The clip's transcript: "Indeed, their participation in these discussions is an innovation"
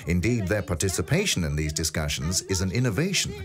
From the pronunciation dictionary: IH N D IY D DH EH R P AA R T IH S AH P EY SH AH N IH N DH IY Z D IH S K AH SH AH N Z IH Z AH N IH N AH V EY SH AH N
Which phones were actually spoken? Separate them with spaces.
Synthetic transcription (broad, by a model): IH N D IY D DH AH R P AA R T IH S AH P EY SH AH N IH N DH IY Z D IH S K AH SH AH N Z IH Z AH N IH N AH V EY SH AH N